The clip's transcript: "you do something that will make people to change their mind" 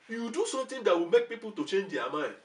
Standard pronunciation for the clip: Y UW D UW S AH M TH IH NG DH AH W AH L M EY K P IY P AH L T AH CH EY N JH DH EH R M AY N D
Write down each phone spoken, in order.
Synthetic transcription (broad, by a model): Y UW D UW S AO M T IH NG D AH W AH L M EY K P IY P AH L T AH CH EY N JH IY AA M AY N